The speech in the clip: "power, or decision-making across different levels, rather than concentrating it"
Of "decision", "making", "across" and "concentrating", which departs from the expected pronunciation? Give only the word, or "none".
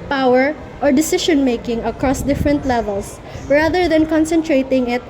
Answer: decision